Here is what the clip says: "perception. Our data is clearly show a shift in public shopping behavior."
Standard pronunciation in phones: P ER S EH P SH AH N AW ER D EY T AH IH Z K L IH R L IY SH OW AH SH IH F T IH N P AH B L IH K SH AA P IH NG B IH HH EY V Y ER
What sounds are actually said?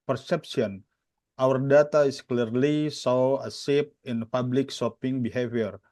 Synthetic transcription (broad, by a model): P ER S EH P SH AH N AW ER D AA T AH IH S K L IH R L IY S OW AH S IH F IH N P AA B L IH K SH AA P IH NG B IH HH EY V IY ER